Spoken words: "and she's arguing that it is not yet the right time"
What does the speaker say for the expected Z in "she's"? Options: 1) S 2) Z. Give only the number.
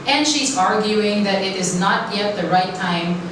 2